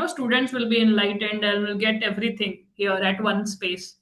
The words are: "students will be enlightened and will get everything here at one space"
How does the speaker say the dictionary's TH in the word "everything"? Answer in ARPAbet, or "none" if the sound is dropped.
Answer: T